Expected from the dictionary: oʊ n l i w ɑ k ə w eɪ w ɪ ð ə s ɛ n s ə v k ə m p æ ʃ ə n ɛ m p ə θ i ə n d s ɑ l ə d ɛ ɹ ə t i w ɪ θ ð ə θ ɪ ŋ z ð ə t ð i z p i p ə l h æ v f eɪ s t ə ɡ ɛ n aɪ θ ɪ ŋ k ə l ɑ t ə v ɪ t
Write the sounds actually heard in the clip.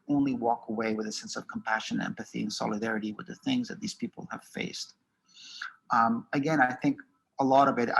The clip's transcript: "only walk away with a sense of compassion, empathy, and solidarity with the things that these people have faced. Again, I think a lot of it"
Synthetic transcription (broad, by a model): oʊ n l i w ɑ k ə w eɪ w ɪ ð ə s ɛ n s ə v k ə m p æ ʃ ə n ɛ m p ə θ i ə n s ɑ l ə d ɛ ɹ ə t i w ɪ ð ə θ ɪ ŋ z ð ə t ð i z p i p l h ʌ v f eɪ s t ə ɡ ɛ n aɪ θ ɪ ŋ k ə l ɑ t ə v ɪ t